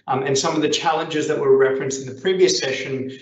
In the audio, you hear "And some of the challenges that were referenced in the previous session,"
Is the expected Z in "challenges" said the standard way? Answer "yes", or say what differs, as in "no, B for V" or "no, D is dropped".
yes